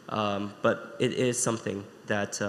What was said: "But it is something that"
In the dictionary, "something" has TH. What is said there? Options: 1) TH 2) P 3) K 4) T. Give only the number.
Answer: 1